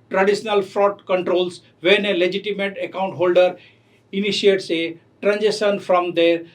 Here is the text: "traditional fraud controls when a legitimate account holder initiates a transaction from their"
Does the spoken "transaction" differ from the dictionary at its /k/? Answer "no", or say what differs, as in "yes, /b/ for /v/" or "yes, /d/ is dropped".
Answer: yes, /k/ is dropped